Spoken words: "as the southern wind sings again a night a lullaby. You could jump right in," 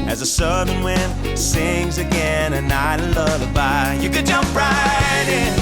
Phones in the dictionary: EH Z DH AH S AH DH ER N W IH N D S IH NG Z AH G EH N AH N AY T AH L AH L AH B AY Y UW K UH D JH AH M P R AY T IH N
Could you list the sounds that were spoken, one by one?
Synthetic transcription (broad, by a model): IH Z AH S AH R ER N W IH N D S IH NG Z AH G EH N AH N AY T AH L AH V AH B AY Y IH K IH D JH AH M P R AY T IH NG